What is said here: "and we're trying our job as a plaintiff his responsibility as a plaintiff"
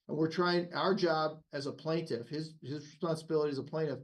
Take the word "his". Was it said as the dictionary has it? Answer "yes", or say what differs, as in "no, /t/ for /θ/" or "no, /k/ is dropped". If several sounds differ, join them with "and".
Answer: yes